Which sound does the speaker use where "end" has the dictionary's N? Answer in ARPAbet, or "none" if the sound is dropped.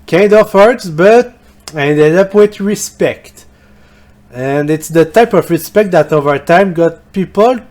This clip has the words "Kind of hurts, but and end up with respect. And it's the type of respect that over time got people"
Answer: none